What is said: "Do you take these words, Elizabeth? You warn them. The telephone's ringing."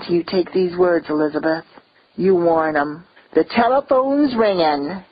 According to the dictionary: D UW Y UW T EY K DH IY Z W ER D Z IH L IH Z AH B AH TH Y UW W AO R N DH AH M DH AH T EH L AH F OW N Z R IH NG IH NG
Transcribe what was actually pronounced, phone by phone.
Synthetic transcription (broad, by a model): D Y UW T EY K DH IY Z W ER D Z IH L IH Z AH B AH TH Y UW W AO R N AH M DH AH T EH L AH F OW N Z R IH NG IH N